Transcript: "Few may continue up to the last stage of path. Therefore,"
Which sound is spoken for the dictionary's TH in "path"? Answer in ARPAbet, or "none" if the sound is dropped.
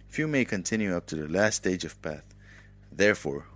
TH